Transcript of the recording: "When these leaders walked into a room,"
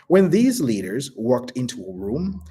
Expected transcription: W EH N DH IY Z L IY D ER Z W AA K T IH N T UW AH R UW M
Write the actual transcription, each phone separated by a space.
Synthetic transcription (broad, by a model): W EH N DH IY Z L IY D ER Z W AA K T IH N T UW AH R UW M